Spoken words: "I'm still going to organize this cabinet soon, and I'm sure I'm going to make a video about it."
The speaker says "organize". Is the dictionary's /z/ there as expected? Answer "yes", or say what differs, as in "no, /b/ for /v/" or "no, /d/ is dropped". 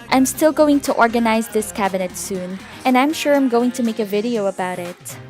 yes